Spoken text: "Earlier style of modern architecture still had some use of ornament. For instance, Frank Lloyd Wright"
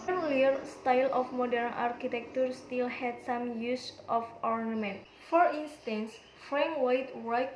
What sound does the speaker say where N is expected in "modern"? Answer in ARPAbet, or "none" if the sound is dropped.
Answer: N